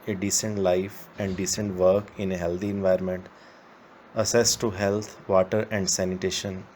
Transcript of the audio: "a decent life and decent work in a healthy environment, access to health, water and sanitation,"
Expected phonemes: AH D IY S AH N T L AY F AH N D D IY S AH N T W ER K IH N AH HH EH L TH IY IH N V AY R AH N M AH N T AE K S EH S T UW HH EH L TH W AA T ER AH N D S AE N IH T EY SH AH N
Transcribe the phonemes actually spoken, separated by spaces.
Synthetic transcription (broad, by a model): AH D IY S AH N T L AY F AH N D D IY S AH N T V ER K IH N AH HH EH L T IY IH N V AY R M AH N T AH S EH S T UW HH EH L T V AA T ER AH N D S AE N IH T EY SH AH N